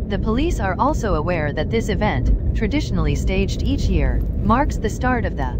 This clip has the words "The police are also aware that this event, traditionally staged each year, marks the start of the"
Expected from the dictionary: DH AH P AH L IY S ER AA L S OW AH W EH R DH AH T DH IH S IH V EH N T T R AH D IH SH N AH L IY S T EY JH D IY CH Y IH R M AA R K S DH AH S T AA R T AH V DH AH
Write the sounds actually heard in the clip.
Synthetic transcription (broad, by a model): DH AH P AH L IY S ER AA L S OW AH W EH R DH AH T DH IH S IH V EH N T T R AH D IH SH N L IY S T EY JH D IY CH Y IH R M AA R K S DH AH S T AA R T AH V DH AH